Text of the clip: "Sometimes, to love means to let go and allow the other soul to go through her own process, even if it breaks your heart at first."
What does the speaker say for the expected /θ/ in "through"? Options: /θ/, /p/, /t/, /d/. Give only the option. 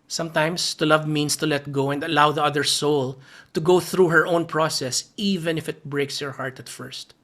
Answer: /θ/